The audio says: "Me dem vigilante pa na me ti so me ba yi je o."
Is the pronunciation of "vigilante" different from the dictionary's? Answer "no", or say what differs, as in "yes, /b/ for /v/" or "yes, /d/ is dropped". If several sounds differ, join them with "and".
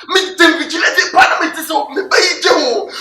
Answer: yes, /n/ is dropped